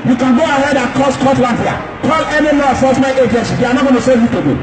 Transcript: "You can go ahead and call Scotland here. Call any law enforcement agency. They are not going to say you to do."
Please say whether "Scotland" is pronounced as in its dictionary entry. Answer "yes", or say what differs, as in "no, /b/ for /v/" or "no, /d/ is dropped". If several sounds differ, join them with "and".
no, /w/ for /l/